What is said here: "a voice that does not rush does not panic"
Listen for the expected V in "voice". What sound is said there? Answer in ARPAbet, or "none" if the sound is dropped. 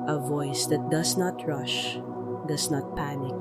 V